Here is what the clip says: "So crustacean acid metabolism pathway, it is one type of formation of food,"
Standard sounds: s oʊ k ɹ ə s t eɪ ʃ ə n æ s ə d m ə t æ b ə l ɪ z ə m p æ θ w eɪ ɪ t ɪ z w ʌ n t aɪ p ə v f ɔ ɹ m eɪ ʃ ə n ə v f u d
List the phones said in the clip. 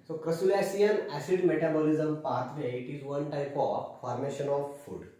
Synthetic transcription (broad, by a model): s oʊ k ɹ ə s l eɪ s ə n æ s ə d m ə t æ b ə l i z ə m p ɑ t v eɪ ɪ t ɪ z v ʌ n t aɪ p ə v f ɔ ɹ m eɪ ʃ ə n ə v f u d